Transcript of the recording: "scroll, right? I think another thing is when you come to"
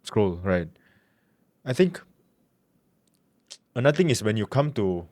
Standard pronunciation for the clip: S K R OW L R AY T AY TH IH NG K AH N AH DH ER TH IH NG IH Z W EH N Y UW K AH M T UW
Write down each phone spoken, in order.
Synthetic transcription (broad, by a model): S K R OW L R AY T AY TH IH NG K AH N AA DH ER T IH NG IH S W EH N Y UW K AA M T UW